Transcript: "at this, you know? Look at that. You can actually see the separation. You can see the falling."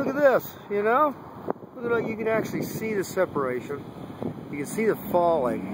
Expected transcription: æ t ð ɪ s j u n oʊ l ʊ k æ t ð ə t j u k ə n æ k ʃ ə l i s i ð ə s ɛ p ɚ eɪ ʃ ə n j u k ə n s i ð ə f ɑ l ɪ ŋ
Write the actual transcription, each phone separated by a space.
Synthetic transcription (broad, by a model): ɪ t ð ɪ s j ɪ n oʊ w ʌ ʌ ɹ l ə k j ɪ k ə n æ k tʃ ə l i s i ð ə s ɛ p ɚ eɪ ʃ ə n j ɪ k ə n s i ð ə f ɑ l ɪ ŋ